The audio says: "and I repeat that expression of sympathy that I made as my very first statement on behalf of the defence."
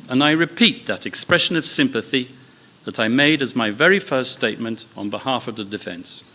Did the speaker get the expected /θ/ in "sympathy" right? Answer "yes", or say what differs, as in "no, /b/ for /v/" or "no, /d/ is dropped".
yes